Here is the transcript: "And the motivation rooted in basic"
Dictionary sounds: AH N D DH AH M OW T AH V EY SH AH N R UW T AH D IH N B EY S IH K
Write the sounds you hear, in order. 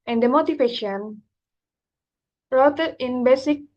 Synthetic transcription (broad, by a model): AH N D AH M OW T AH P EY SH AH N R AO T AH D IH N B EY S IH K